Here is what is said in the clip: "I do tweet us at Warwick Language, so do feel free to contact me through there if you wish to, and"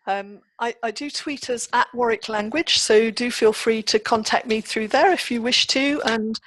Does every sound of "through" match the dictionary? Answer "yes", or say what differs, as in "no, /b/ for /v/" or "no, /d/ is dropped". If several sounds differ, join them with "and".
yes